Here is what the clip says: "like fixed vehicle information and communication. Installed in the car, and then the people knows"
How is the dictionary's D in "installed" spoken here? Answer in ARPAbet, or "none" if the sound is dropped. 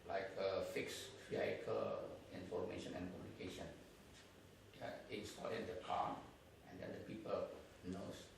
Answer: none